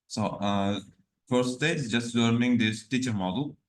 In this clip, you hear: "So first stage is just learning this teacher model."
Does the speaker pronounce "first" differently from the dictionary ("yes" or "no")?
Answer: yes